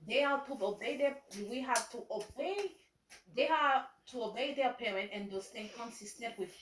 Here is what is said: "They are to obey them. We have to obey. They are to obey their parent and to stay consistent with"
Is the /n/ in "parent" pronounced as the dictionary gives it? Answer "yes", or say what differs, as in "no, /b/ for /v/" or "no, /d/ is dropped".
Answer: yes